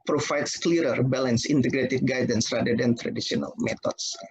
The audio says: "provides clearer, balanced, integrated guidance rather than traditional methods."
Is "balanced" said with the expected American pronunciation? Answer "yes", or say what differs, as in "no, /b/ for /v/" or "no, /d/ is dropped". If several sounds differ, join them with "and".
no, /t/ is dropped